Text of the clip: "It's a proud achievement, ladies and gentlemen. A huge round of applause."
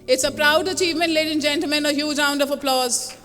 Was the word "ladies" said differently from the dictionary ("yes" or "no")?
yes